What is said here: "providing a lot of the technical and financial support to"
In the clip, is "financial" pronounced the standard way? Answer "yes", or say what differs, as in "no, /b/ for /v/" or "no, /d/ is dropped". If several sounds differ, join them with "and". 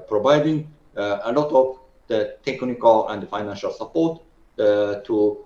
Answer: yes